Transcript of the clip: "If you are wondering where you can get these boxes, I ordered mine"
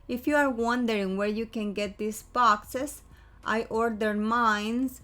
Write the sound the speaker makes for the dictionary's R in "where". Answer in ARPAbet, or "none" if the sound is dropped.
R